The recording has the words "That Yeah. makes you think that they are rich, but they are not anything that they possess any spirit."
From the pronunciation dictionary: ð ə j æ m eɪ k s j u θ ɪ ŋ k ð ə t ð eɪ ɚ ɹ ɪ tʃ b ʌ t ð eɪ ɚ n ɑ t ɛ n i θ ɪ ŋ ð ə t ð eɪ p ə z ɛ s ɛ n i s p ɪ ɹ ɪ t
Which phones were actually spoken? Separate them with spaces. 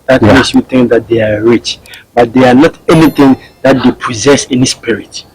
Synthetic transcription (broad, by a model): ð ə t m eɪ s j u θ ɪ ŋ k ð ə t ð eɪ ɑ ɹ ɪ tʃ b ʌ t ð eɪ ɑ n ɑ t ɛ n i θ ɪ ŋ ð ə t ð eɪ p ə z ɛ s ɛ n i s p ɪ ɹ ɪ t